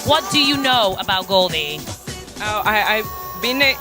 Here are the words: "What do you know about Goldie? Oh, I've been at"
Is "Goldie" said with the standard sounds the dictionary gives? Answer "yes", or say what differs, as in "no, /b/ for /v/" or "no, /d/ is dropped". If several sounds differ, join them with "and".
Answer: yes